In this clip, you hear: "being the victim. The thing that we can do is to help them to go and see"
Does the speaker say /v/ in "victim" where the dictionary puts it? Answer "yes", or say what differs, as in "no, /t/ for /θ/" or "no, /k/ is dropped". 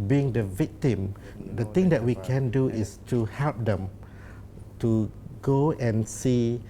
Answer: yes